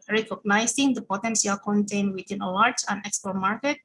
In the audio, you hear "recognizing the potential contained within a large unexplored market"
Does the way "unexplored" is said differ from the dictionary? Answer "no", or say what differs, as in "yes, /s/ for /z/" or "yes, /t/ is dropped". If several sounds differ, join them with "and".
yes, /l/ is dropped